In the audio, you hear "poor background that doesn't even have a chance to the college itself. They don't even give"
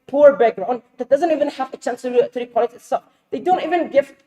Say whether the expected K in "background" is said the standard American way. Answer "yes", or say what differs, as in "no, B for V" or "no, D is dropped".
no, K is dropped